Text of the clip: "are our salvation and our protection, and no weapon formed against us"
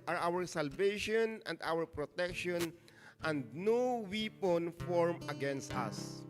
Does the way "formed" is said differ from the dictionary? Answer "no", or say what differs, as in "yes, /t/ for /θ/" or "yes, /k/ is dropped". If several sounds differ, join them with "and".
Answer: yes, /d/ is dropped